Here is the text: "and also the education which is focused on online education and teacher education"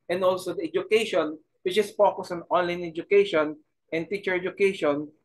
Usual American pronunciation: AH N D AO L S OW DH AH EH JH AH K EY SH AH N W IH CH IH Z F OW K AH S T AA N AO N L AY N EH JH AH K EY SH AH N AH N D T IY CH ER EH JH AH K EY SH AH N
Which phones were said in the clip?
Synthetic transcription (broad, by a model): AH N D AO L S OW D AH EH JH AH K EY SH AH N W IH CH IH S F OW K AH S AA N AO N L AY N EH JH AH K EY SH AH N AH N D T IY CH ER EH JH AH K EY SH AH N